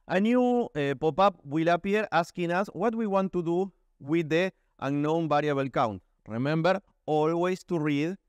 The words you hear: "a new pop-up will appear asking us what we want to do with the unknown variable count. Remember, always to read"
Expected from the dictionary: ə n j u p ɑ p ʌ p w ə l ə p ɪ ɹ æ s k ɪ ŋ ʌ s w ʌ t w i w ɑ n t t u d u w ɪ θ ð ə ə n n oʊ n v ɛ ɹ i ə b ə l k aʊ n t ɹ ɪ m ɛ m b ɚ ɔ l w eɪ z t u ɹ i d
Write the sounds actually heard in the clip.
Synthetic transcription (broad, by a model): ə n j u p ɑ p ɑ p w ə l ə p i ɹ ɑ s k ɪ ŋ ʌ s w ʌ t w i w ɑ n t t u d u w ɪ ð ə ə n n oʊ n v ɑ ɹ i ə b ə l k aʊ n t ɹ ɪ m ɛ m b ɚ ɔ l w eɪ s t u ɹ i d